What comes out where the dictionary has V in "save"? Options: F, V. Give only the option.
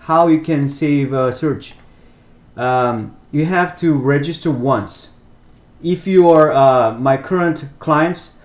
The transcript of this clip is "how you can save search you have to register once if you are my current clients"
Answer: V